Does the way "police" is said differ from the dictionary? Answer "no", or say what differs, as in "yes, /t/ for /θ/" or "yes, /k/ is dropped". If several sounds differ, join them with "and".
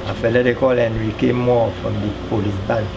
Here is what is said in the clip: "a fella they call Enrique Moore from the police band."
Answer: yes, /s/ is dropped